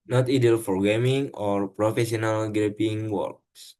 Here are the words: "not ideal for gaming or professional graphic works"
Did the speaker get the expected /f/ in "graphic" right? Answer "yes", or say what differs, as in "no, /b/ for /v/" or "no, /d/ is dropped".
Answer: no, /p/ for /f/